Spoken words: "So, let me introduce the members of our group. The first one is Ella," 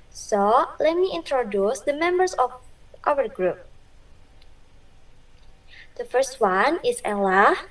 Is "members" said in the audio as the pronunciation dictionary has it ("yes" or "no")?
no